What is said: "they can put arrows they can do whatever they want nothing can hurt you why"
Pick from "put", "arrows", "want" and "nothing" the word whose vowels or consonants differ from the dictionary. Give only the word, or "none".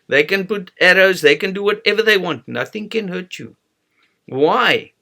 none